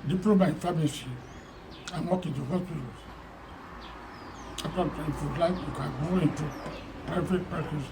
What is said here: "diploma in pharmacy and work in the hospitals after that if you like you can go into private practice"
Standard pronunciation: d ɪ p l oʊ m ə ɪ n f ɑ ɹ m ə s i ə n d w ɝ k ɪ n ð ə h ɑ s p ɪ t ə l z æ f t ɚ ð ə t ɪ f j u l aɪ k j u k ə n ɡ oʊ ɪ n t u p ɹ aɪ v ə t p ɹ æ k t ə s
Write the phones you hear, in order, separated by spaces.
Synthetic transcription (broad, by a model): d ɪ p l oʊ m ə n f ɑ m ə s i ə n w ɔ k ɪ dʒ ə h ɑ s p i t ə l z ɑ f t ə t ɪ f j u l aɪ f j u k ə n ɡ oʊ ɪ n t u p aɪ f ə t p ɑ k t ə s